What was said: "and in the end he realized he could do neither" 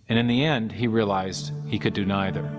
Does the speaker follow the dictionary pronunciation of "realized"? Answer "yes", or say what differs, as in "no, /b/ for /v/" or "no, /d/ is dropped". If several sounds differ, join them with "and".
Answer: yes